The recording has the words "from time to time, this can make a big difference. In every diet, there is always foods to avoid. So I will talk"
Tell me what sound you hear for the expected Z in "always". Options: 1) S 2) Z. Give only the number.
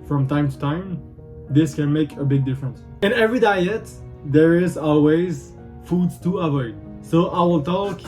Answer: 2